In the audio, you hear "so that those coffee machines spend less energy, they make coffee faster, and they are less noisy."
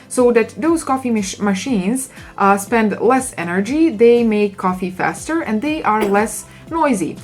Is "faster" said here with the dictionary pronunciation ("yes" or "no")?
yes